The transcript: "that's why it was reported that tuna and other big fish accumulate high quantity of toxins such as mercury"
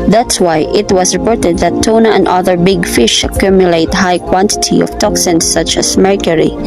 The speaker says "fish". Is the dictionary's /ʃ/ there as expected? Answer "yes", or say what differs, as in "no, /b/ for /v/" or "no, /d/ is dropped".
yes